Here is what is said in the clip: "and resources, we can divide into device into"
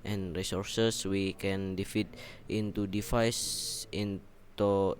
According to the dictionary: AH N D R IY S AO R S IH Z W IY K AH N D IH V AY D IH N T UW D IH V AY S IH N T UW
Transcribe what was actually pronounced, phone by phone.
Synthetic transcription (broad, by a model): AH N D R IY S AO R S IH S W IY K AH N D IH F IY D IH N T UW D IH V AY S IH N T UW